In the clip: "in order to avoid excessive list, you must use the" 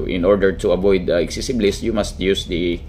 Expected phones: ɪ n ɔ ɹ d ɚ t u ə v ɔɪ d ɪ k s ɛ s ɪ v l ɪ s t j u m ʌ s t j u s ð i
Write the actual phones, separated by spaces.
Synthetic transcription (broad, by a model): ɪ n ɔ ɹ d ɚ t u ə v ɔɪ d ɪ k s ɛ s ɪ b l ɪ s t j u m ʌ s t j u s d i